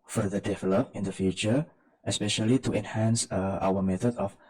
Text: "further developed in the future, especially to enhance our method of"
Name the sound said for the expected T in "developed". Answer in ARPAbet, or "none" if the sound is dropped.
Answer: none